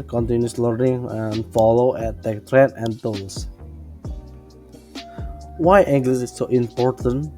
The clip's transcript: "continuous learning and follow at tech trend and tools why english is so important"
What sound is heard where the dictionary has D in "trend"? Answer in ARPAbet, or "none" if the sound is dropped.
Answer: none